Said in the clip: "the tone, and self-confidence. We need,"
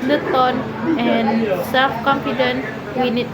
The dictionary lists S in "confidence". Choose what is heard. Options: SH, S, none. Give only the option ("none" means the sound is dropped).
none